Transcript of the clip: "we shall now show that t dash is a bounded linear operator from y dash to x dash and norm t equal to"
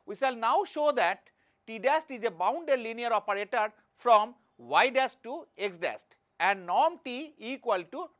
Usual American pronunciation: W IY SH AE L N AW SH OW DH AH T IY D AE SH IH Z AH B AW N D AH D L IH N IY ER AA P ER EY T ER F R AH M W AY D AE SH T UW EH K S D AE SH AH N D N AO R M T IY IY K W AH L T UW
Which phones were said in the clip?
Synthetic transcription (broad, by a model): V IY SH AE L N AW SH OW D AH T IY D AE S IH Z AH B AW N D AH D L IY N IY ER AA P ER EY T ER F R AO M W AY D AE S T UW EH K S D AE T AH N D N AO R M T IY IY K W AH L T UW